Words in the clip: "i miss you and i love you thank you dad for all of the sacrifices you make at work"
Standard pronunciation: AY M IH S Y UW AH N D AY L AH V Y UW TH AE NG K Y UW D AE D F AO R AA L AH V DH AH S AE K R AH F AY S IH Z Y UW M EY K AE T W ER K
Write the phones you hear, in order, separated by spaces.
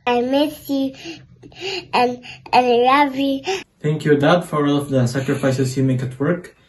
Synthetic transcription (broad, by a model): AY M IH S Y UW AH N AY N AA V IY TH AE NG K Y UW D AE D F AO R AA L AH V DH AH S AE K R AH F AY S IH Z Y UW M EY K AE T W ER K